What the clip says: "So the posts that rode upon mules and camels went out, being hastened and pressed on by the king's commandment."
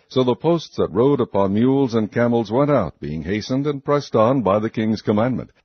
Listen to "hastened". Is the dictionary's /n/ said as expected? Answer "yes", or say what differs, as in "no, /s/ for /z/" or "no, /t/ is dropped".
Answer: yes